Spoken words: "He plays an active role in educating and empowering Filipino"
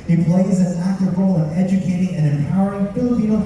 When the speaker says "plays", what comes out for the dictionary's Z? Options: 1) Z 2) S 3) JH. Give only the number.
1